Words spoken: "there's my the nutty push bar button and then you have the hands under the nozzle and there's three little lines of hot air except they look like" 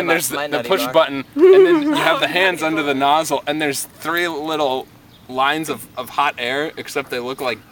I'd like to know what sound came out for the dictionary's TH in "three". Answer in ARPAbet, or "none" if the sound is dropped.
TH